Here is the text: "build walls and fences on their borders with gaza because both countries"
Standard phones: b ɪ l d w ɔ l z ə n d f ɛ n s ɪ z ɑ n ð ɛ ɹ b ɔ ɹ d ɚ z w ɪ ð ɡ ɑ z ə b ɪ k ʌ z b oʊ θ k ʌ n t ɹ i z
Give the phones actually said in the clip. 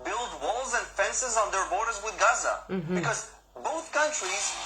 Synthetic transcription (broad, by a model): b ɪ l d w ɔ l z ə n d f ɛ n s ɪ z n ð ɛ ɹ b ɔ ɹ d ɚ z w ɪ ð ɡ ɑ z ə b ɪ k ʌ z b oʊ θ k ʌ n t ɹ i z